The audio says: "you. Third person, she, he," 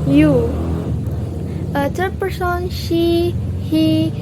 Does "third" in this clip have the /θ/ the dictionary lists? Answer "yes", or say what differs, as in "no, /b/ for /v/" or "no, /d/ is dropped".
no, /s/ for /θ/